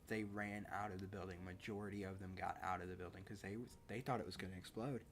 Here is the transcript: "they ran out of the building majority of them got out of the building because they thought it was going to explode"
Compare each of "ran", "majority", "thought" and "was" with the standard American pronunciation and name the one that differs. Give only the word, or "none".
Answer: none